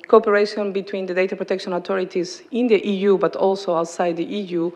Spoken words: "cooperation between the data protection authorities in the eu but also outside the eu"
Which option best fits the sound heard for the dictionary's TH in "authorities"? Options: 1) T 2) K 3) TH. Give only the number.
1